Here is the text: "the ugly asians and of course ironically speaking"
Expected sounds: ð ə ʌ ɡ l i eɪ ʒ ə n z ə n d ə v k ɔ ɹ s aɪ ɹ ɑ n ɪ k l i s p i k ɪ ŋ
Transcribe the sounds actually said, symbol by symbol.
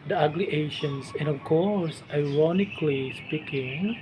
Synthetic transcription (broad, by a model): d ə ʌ ɡ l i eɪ ʃ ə n s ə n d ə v k ɔ ɹ s aɪ ɹ ɑ n ɪ k l i s p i k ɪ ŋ